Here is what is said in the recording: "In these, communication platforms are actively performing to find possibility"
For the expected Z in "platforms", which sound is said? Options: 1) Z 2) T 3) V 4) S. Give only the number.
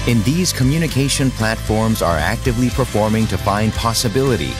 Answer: 1